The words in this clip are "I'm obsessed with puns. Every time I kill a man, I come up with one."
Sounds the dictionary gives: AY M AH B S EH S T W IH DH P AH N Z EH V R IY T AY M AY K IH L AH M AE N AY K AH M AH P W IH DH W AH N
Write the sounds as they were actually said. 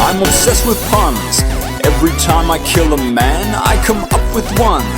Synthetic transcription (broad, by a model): AY M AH S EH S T W IH DH P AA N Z EH V R IY T AY M AY K IH L AH M AE N AY K AH M AH P W IH DH W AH N